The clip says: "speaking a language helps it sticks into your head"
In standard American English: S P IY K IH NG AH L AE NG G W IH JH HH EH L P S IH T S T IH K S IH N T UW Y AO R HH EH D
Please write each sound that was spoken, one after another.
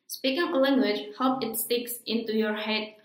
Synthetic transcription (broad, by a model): S P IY K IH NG AH L AE NG G W IH JH HH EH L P IH T S T IH K S IH N T UW Y AO R HH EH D